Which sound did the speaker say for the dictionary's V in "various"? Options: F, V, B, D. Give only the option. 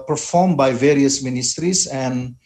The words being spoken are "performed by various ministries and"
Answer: V